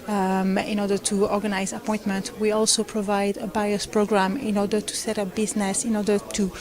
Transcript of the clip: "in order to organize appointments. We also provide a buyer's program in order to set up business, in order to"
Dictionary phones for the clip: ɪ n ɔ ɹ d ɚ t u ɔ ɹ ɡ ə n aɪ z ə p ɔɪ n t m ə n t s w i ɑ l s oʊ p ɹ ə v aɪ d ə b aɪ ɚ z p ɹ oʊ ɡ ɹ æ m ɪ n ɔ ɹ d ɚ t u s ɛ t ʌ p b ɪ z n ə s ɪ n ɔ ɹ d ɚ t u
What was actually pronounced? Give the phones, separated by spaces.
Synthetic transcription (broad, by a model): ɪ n ɔ ɹ d ɚ t u ɔ ɹ ɡ ə n aɪ z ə p ɔɪ n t m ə n t w i ɑ l s oʊ p ɹ ə v aɪ d ə b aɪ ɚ s p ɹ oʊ ɡ ɹ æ m ɪ n ɔ ɹ d ɚ t u s ɛ t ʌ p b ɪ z n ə s ɪ n ɔ ɹ d ɚ t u